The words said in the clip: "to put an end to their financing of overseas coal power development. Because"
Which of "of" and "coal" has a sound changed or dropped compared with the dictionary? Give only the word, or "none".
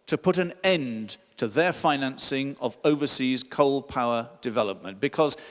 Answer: none